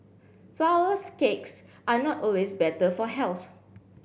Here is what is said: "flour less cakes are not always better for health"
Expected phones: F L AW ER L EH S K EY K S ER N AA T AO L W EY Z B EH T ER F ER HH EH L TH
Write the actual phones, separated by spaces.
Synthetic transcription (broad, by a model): F L AW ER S K EY K S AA N AA T AO L W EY S B EH T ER F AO HH EH L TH